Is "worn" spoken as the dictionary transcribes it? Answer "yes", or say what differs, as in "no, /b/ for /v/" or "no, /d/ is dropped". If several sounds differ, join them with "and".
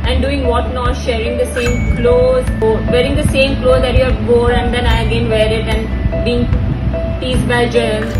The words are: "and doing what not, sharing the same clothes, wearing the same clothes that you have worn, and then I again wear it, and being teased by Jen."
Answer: no, /n/ is dropped